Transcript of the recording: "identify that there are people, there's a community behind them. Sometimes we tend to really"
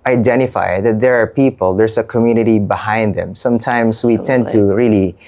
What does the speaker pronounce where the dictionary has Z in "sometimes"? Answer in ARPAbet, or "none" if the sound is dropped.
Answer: S